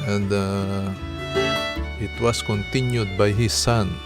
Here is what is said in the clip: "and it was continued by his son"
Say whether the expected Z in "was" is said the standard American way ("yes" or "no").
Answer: no